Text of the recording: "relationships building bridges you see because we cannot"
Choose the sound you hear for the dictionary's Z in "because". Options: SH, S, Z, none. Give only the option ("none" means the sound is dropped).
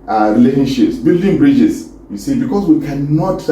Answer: S